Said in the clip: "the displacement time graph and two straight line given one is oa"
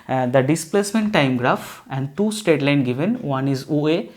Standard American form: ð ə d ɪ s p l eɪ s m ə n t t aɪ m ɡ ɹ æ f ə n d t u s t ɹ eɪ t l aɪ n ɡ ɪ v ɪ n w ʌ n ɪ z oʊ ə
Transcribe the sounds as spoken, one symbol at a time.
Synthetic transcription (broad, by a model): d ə d ɪ s p l eɪ s m ə n t t aɪ m ɡ ɹ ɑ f ə n d t u s t eɪ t l aɪ n ɡ ɪ v ɪ n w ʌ n ɪ z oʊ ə